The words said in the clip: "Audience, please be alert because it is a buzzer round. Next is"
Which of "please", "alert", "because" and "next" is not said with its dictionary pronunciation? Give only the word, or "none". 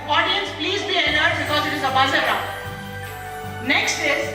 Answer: alert